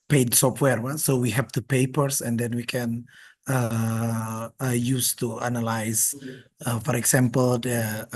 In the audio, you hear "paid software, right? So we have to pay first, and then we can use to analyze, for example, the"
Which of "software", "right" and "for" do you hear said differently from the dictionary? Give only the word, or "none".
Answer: right